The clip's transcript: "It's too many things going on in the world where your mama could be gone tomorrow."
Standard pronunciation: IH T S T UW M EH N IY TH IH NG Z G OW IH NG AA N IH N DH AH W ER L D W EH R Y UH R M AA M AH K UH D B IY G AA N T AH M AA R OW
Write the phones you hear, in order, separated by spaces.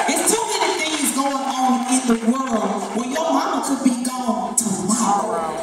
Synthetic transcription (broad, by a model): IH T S T UW M EH N IY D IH Z G OW IH NG AA N IH N DH AH W ER L D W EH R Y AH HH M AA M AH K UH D B IY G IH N T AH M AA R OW